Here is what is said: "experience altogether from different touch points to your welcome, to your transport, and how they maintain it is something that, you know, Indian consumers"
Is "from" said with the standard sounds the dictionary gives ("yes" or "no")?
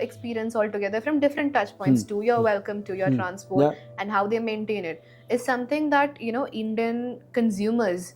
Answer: yes